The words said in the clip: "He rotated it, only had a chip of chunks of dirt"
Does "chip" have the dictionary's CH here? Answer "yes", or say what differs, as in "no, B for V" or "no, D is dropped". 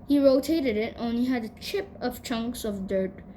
yes